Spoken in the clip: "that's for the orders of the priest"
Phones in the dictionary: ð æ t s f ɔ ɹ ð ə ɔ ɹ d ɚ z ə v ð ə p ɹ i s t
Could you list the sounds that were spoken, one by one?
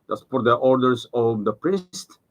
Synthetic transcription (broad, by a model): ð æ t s p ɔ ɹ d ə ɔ ɹ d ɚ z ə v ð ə p ɹ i s t